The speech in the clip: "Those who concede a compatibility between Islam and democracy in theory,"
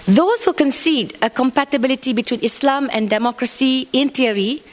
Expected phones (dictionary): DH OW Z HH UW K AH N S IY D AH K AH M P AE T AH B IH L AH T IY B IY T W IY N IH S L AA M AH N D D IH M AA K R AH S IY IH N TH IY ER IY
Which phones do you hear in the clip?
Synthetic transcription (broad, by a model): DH OW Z HH UW K AH N S IY D AH K AH M P AE T AH B IH L AH T IY B IY T W IY N IH S L AA M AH N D D IH M AA K R AH S IY IH N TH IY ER IY